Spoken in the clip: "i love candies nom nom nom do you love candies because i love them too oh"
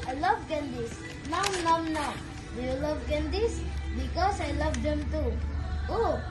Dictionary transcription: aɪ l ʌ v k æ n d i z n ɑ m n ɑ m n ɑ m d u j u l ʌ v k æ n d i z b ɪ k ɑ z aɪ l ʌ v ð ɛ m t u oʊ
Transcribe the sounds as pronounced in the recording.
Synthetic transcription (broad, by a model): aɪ l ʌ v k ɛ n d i s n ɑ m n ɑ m n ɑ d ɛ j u l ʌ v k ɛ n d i s b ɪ k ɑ s aɪ l ʌ v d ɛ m t u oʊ